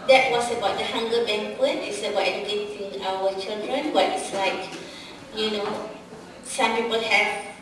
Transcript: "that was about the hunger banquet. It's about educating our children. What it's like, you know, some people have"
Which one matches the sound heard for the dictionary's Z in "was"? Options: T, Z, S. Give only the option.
S